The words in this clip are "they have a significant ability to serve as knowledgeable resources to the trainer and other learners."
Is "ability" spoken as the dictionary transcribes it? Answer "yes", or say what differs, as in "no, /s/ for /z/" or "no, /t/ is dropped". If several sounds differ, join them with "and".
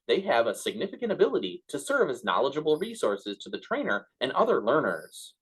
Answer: yes